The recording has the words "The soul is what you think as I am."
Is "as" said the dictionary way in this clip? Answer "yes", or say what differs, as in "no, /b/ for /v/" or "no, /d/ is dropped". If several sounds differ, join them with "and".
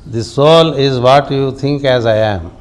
yes